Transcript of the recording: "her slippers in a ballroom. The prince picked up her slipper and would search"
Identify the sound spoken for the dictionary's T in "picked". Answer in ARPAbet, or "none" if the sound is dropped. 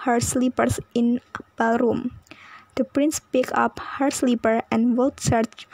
none